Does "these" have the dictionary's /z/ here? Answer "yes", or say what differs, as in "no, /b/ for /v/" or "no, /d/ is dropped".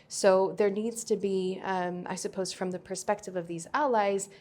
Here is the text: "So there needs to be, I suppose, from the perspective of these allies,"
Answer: yes